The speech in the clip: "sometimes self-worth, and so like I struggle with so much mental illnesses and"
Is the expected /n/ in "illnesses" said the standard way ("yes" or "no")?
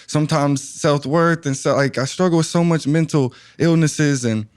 yes